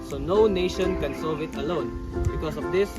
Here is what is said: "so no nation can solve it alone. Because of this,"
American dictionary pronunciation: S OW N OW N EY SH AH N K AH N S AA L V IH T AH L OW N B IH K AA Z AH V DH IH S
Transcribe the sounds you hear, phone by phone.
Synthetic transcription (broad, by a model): S OW N OW N EY SH AH N K AH N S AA V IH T AH L OW N B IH K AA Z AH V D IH S